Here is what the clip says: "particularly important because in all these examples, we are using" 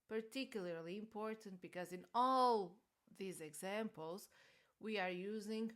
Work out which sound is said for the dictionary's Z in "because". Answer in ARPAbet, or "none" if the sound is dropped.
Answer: Z